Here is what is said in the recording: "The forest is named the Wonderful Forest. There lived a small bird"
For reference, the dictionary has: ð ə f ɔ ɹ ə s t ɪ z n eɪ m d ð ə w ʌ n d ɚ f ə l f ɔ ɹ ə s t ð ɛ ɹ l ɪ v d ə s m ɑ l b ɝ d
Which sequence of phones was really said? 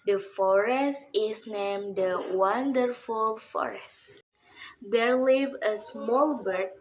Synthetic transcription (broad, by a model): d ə f ɔ ɹ ə s t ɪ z n eɪ m d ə w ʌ n d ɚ f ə l f ɔ ɹ ə s t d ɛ ɹ l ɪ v ə s m ɑ l b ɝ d